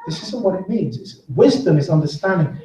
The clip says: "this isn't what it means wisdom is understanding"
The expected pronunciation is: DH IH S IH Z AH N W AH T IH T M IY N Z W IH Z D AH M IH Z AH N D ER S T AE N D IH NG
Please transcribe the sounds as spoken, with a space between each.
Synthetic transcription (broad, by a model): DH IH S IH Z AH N W AH T IH T M IY N Z W IH Z D AH M IH Z AH N D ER S T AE N D IH NG